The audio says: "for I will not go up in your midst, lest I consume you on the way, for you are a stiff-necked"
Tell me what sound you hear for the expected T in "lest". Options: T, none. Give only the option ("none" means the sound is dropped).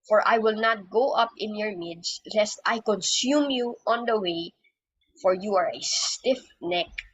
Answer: T